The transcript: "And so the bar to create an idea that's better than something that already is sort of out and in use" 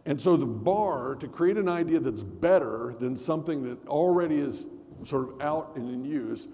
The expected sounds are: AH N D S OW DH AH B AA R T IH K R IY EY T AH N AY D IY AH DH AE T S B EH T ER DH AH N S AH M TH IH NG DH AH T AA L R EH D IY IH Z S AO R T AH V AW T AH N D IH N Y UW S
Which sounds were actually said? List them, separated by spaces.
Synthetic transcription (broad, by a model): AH N S OW DH AH B AA R T IH K R IY EY T AH N AY D IY AH DH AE T S B EH T ER DH AH N S AH M TH IH NG DH AH T L R EH D IY IH Z S AO R T AH V AW T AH N IH N Y UW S